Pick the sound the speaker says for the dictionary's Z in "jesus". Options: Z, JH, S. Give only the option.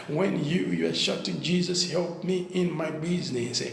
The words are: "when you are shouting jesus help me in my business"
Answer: Z